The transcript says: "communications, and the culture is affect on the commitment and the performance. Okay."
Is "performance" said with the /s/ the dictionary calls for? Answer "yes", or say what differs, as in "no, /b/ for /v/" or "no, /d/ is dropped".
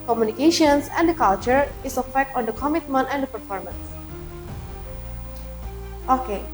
yes